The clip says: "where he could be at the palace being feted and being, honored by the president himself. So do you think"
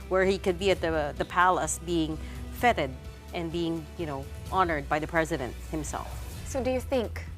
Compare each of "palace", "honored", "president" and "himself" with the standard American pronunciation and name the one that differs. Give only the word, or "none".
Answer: none